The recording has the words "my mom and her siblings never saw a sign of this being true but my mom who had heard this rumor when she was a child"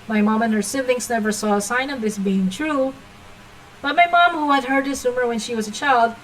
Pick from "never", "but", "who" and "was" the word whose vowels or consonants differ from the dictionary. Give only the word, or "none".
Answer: none